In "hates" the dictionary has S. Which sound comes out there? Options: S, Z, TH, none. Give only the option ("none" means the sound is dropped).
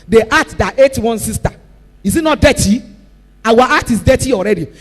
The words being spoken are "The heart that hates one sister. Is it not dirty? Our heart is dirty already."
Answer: none